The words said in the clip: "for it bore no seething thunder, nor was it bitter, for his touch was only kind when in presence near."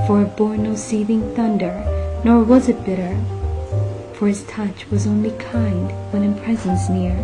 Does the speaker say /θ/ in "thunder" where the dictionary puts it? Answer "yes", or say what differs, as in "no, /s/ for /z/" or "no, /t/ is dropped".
yes